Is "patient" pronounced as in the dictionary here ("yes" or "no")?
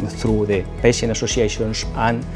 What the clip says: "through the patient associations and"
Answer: no